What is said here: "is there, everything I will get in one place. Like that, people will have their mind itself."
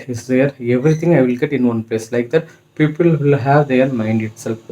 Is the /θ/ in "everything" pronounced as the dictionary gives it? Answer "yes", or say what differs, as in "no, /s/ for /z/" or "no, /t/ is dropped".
no, /t/ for /θ/